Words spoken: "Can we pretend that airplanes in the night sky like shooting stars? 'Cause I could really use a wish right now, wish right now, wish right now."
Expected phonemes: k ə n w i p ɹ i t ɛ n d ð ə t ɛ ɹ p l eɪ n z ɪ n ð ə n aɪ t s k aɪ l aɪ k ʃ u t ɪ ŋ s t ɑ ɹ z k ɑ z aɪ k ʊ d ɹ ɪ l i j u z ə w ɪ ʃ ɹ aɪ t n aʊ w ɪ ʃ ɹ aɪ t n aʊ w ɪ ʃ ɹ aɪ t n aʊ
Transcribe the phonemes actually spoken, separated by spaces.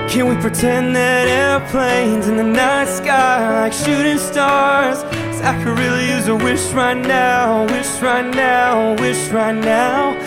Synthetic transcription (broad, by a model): k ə n w i p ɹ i t ɛ n ð ə t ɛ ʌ p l eɪ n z ɪ n ð ə n aɪ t s k aɪ l aɪ k ʃ u t ɪ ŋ s t ɑ ɹ z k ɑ ɪ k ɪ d ɹ ɪ l i j u z ə w ɪ ʃ ɹ aɪ t n aʊ w ɪ ʃ ɹ aɪ t n aʊ w ɪ ʃ ɹ aɪ t n aʊ